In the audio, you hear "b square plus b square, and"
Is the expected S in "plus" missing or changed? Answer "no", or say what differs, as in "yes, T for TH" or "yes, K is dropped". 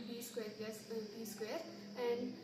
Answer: yes, S is dropped